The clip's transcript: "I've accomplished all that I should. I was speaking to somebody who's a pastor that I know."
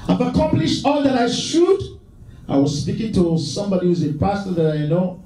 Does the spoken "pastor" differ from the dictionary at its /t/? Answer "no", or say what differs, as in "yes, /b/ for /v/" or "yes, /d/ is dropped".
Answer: no